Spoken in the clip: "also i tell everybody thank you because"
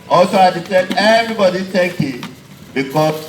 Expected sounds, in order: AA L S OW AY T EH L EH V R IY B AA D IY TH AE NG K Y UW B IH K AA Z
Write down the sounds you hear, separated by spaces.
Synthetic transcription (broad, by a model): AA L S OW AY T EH N EH V R IY B AA D IY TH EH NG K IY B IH K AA